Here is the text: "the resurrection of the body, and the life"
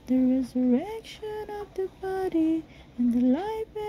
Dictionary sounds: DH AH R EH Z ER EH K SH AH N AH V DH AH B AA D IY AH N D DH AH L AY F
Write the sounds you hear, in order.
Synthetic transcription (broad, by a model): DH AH R EH Z ER EH K SH AH N AH V DH AH B AA D IY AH N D DH AH L AY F